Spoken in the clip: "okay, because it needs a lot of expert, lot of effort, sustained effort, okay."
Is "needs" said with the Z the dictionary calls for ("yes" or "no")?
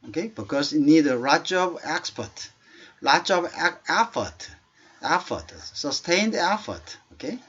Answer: no